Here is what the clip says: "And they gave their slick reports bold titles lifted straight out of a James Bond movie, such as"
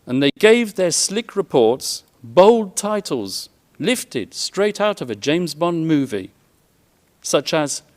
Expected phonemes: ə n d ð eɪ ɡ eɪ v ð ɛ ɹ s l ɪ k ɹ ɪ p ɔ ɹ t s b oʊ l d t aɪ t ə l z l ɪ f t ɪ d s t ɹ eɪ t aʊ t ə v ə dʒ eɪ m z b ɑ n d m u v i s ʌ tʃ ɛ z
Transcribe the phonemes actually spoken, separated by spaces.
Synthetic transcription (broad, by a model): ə n ð eɪ ɡ eɪ v ð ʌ ɹ s l ɪ k ɹ ɪ p ɔ ɹ t s b oʊ l d t aɪ t l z l ɪ f t ɪ d s t ɹ eɪ t aʊ t ə v ə dʒ eɪ m z b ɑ n m u v i s ʌ tʃ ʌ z